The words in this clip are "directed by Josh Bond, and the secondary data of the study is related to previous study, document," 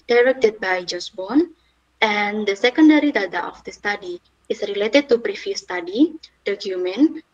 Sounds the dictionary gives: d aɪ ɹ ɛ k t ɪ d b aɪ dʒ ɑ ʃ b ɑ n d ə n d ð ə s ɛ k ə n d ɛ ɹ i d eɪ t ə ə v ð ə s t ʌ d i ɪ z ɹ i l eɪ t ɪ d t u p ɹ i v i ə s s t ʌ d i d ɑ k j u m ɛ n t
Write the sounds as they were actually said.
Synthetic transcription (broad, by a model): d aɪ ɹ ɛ k t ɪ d b aɪ dʒ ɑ s b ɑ n ə n d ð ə s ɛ k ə n d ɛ ɹ i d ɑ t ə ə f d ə s t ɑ d i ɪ s ɹ i l eɪ t ɪ d t u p ɹ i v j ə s s t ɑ d i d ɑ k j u m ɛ n